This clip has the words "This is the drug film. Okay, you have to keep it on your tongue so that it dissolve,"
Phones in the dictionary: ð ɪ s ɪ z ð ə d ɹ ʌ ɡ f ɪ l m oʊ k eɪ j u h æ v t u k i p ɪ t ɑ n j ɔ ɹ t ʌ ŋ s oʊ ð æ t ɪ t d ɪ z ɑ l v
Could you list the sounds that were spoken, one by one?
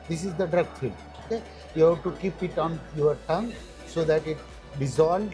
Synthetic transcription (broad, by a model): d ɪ s ɪ z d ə d ɹ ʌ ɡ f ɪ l oʊ k eɪ j u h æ t u k i p ɪ t ɑ n j ɔ ɹ t ʌ ŋ s oʊ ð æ t ɪ t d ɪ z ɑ l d